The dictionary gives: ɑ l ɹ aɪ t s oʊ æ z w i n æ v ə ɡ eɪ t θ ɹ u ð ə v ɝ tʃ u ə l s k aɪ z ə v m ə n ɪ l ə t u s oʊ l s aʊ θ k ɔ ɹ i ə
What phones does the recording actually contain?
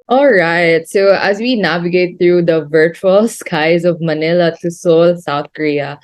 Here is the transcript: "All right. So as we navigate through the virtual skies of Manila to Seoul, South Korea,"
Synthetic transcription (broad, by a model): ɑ l ɹ aɪ t s oʊ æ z w i n æ v ə ɡ eɪ t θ ɹ u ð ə v ɝ tʃ u ə l s k aɪ z ə v m ə n ɪ l ə t u s oʊ l s aʊ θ k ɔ ɹ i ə